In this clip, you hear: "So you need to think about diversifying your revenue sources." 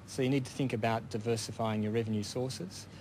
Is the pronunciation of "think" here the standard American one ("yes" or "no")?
yes